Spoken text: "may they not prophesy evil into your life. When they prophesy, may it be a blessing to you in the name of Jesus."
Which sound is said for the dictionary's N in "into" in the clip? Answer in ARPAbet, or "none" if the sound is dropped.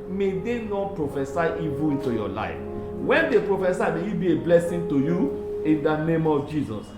N